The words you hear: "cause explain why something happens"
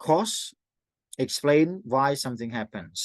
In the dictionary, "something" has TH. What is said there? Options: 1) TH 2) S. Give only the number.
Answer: 1